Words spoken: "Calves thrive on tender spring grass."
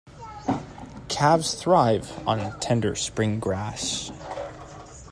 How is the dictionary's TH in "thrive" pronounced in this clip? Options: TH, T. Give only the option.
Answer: TH